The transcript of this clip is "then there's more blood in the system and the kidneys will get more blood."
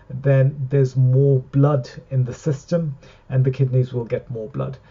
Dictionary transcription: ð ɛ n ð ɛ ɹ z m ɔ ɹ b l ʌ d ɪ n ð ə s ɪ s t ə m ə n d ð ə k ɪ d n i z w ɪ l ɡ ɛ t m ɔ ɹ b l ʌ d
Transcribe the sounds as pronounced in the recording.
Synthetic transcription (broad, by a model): ð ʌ n ð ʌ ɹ z m ɔ b l ʌ d ɪ n ð ə s ɪ s t ə m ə n ð ə k ɪ d n i z w ɪ l ɡ ɛ t m ɔ b l ʌ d